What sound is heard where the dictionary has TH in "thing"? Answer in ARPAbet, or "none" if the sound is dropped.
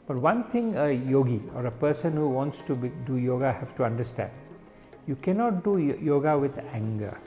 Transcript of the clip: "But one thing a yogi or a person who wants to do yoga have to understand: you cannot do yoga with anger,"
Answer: T